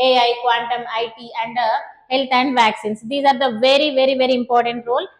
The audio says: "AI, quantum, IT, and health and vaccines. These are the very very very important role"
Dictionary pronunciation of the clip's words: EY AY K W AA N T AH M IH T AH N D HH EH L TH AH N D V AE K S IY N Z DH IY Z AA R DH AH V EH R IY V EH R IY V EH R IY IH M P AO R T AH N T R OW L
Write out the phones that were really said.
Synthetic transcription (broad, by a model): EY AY K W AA N T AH M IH T AH N D HH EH L T AH N D V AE K S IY N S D IY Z AA R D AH V EH R IY V EH R IY V EH R IY IH M P AO R T AH N T R OW L